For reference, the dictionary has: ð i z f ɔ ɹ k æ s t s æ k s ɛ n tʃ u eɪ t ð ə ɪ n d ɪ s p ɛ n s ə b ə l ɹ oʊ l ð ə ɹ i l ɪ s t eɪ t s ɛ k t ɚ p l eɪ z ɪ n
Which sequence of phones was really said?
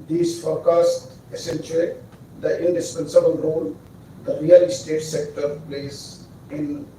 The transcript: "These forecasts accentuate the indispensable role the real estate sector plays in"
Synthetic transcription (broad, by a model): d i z f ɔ ɹ k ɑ s t æ s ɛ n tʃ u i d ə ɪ n d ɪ s p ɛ n s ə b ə l ɹ oʊ l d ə ɹ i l ɪ s t eɪ t s ɛ k t ɚ p l eɪ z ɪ n